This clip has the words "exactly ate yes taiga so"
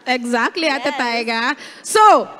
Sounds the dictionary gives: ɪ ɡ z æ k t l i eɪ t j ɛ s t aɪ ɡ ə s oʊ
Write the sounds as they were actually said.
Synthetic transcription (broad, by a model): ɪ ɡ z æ k t l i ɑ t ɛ t aɪ ɡ ə s oʊ